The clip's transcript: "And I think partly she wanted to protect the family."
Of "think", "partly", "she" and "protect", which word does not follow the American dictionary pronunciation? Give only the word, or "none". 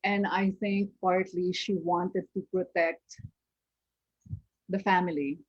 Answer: think